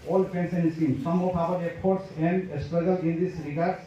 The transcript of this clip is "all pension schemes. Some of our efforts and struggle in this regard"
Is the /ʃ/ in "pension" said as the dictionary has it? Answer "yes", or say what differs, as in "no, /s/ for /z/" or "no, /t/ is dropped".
no, /s/ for /ʃ/